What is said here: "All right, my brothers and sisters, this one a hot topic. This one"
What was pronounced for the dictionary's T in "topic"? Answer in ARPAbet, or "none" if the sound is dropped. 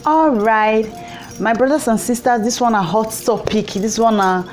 T